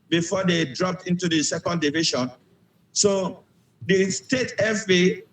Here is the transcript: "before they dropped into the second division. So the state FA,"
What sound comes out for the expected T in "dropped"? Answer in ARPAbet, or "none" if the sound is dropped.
T